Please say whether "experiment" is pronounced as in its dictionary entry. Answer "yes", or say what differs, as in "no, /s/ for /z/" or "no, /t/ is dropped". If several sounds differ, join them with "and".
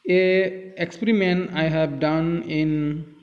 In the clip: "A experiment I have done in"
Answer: no, /t/ is dropped